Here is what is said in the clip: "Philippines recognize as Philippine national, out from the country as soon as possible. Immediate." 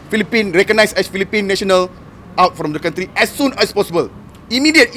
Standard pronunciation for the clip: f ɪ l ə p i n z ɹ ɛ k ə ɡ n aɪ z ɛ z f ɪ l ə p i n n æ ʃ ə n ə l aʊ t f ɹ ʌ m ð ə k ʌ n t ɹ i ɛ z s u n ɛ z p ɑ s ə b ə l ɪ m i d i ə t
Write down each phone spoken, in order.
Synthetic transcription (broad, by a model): f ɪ l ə p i n ɹ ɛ k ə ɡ n aɪ s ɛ s f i l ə p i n n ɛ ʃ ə n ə l aʊ t f ɹ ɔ m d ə k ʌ n t ɹ i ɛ s u n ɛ s p ɑ s ə b ə l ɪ m i d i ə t